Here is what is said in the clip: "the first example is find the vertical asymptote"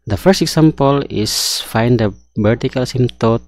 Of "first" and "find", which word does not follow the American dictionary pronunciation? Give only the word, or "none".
none